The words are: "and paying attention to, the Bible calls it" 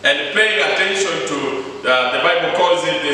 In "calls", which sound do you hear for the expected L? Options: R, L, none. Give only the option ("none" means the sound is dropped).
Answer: none